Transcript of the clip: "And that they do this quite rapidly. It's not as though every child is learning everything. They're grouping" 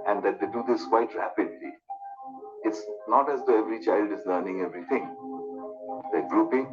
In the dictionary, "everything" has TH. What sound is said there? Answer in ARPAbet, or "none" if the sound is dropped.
T